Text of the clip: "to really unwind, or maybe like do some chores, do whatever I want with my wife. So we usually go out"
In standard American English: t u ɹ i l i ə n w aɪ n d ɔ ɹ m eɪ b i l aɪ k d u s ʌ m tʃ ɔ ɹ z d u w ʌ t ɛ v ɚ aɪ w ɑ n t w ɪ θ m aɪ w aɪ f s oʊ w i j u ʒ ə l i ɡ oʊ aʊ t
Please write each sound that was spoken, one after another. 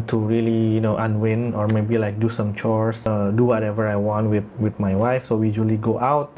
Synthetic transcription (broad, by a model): t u ɹ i l i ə n w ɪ n ɔ ɹ m eɪ b i l aɪ k d u s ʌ m tʃ ɔ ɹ s d u w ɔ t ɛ v ɚ aɪ w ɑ n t w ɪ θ m aɪ w aɪ f s oʊ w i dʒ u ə l i ɡ oʊ aʊ t